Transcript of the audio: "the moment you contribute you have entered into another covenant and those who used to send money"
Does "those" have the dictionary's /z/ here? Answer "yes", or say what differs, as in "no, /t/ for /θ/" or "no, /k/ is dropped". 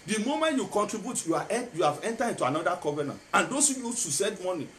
no, /s/ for /z/